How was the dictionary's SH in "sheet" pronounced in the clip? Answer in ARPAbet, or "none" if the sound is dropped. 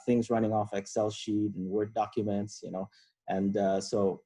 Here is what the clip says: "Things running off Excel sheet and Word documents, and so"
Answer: SH